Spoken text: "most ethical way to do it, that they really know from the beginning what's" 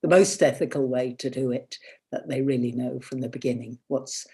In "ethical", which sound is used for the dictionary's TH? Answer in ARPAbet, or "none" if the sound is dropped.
TH